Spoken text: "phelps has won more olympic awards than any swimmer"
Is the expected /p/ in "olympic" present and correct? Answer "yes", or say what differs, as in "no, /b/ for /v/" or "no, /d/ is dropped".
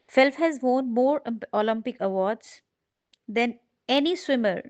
yes